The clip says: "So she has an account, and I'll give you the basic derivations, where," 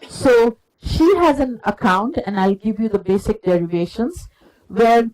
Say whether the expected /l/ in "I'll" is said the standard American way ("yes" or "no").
yes